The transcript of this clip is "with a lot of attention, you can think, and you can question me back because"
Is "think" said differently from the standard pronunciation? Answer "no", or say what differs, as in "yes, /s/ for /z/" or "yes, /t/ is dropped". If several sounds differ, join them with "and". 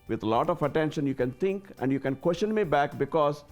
yes, /t/ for /θ/